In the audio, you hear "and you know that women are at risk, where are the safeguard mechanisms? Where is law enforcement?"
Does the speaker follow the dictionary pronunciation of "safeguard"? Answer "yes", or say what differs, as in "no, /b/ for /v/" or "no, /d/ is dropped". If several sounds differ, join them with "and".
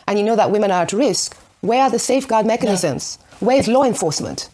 yes